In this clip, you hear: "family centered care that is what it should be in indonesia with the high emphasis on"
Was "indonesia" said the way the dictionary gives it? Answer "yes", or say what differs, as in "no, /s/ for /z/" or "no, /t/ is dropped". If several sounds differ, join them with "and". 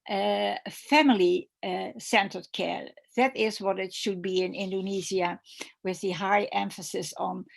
no, /z/ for /ʒ/